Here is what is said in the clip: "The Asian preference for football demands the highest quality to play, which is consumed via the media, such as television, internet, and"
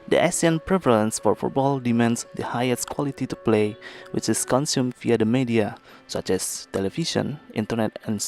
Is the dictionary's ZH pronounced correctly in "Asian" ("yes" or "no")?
no